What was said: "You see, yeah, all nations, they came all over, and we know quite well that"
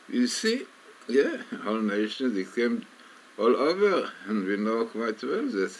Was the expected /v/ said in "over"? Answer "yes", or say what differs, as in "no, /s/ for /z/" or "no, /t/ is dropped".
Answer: yes